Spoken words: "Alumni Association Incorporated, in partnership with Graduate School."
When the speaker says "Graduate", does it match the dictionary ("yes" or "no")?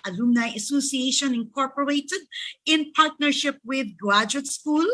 no